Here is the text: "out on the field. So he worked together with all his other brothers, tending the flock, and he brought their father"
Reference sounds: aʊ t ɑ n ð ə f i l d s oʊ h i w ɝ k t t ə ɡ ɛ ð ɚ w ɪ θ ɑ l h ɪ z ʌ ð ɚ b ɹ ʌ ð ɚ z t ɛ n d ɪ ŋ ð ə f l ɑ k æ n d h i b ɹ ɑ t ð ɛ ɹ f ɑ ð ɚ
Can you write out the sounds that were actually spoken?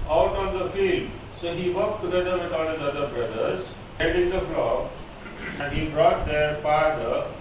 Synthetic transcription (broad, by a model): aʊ t ɑ n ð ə f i l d s oʊ h i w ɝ k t t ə ɡ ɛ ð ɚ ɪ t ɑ n h ɪ z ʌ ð ɚ b ɹ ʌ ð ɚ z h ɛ l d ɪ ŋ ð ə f l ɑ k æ n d h i b ɹ ɑ t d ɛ ɹ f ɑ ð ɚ